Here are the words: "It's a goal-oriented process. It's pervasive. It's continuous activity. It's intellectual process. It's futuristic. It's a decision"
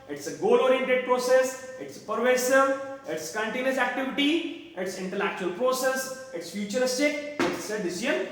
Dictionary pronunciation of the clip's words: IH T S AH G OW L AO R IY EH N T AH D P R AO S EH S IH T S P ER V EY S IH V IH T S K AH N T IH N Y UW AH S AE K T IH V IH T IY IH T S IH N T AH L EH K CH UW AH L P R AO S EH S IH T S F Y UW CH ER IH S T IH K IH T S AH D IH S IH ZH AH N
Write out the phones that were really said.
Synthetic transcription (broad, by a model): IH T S AH G OW L AO R IY EH N T AH D P R AO S EH S IH T S P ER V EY S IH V IH T S K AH N T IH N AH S AE K T IH V IH T IY IH T S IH N T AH L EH K CH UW AH L P R AO S EH S IH T S F Y UW CH ER IH S T IH K IH T S AH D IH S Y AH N